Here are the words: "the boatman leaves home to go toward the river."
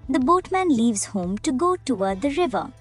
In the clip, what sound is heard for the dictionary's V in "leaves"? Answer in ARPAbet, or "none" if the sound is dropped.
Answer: V